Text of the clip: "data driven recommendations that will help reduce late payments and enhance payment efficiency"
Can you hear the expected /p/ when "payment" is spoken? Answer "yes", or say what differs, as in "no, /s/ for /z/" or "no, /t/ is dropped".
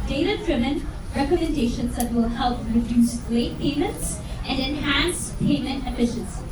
yes